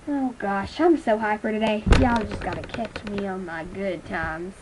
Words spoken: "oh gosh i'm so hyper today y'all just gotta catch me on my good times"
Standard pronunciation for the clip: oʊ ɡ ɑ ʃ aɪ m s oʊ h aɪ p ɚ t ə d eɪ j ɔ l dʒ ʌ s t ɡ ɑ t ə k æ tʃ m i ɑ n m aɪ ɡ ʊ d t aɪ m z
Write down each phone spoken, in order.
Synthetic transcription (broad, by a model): oʊ ɡ ɑ ʃ aɪ m s oʊ h aɪ f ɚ t ə d eɪ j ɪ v dʒ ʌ s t ɡ ɑ t ə k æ tʃ m i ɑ n m aɪ ɡ ʊ d t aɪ m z